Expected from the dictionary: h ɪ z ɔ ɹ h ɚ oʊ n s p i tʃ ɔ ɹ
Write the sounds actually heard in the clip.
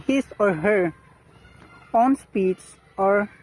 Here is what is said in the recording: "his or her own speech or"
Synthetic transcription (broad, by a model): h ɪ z ɔ ɹ h ɚ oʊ n s p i s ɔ ɹ